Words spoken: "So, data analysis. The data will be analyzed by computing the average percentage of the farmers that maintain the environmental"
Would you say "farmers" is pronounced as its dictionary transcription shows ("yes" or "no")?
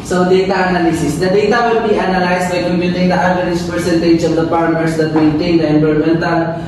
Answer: no